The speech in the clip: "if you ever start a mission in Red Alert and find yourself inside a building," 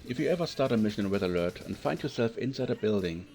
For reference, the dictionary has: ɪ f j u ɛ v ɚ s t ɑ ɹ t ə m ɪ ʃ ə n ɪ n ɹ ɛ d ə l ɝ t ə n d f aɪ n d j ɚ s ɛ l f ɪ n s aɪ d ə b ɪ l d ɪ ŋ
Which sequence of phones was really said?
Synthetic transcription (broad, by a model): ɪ f j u ɛ v ɚ s t ɑ ɹ t ə m ɪ ʃ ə ɪ n w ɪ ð ə l ɝ t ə n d f aɪ n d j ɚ s ɛ l f ɪ n s aɪ d ə b ɪ l d ɪ ŋ